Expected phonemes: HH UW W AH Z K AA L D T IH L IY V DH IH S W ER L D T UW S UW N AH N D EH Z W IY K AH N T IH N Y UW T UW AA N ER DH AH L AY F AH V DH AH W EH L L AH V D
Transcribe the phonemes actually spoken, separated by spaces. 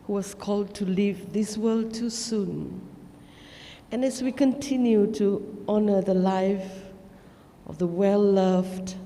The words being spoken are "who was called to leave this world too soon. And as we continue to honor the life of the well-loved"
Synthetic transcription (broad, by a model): HH UW W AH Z K AA L D T IH L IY V DH IH S W ER L D T UW S UW N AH N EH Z W IY K AH N T IH N Y UW T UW AA N ER DH AH L AY F AH V DH AH W EH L L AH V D